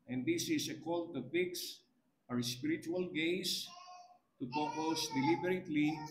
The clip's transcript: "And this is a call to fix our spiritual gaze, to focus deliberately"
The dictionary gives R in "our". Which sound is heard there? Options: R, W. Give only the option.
R